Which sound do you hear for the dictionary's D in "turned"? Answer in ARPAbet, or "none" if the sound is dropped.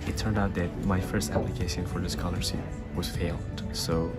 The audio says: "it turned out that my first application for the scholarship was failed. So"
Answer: D